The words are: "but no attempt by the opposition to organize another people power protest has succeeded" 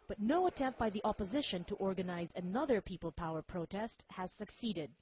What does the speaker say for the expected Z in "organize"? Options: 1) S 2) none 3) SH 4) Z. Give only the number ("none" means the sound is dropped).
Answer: 4